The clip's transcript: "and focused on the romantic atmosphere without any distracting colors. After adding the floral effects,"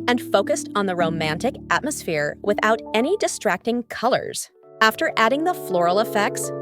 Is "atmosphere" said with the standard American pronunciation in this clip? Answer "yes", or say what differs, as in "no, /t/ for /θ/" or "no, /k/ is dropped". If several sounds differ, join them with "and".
yes